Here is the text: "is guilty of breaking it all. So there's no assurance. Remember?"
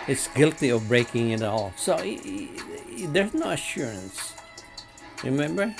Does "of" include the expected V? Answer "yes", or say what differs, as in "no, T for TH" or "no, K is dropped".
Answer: yes